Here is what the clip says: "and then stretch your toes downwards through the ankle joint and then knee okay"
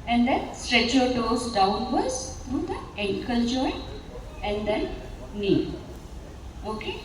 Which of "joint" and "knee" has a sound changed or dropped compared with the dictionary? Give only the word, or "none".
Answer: joint